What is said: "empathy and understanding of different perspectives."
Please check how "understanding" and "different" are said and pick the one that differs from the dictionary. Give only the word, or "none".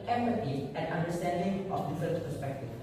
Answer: different